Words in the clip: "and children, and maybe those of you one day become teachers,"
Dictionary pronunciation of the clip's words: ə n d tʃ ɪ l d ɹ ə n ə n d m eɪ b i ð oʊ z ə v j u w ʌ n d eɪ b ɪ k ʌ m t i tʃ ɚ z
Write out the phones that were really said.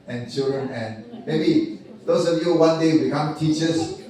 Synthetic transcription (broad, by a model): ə n tʃ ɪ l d ɹ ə n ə n m eɪ b i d oʊ s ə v j u w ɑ n d eɪ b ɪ k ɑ m t i tʃ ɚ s